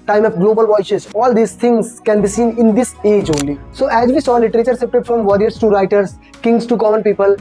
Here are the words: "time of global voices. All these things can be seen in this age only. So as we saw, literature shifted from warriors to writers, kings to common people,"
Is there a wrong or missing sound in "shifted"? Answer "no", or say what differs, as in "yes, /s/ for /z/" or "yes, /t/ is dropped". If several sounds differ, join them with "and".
yes, /s/ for /ʃ/ and /p/ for /f/